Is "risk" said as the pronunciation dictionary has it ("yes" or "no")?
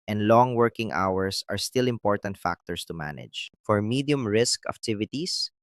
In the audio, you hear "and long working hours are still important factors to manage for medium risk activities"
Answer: yes